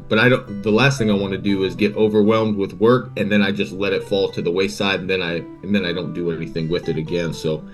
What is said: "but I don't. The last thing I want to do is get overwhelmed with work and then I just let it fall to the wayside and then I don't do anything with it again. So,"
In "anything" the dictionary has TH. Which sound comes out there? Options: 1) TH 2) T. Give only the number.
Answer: 1